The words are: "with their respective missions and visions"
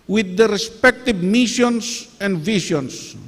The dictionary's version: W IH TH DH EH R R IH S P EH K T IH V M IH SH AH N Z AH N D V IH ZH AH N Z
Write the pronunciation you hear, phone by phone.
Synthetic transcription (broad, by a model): W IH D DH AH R R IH S P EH K T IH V M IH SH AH N S AH N D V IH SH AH N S